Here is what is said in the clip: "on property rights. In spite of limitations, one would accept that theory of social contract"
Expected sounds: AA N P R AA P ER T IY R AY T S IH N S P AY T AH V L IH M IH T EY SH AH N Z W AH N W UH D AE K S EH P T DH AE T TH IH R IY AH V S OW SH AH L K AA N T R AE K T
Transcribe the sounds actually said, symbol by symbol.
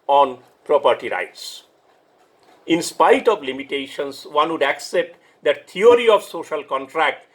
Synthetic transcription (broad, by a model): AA N P R AA P ER T IY R AY T S IH N S P AY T AH V L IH M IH T EY SH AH N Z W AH N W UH D AE K S EH P T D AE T T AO R IY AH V S OW SH AH L K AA N T R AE K T